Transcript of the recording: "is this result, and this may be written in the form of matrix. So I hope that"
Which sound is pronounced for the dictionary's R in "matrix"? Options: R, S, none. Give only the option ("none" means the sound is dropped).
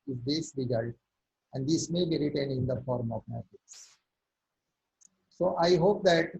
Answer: none